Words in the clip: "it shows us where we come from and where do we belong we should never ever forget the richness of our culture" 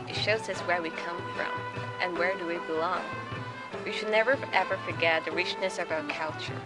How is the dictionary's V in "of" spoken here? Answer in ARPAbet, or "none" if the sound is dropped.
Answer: V